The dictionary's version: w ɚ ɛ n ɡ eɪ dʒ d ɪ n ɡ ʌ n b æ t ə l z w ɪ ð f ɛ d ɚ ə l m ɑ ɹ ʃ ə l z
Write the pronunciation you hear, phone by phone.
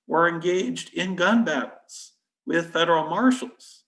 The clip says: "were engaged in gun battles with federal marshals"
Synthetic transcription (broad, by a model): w ɚ ɛ n ɡ eɪ dʒ d ɪ n ɡ ʌ n b æ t l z w ɪ ð f ɛ d ɚ l m ɑ ɹ ʃ l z